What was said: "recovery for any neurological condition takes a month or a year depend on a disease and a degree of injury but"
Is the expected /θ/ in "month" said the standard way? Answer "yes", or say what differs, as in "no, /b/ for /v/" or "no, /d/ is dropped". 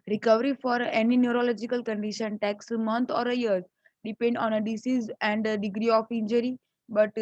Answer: no, /t/ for /θ/